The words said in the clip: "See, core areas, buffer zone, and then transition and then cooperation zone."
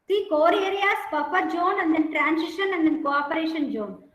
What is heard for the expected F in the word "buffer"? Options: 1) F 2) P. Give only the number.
2